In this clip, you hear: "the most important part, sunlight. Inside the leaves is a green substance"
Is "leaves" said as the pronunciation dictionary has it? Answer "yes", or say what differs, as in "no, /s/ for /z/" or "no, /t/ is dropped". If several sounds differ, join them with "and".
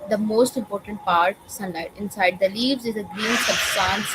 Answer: yes